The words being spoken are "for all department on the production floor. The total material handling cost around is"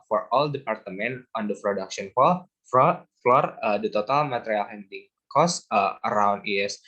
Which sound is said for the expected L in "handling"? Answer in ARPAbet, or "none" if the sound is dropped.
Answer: none